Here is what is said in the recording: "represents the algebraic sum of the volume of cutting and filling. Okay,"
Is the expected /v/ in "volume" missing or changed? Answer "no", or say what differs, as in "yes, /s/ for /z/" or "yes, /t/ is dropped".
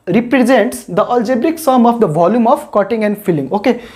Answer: no